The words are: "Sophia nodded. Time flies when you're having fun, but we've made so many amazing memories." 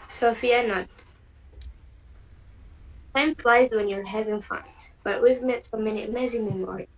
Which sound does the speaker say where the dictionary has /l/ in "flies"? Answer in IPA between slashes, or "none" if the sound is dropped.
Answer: /l/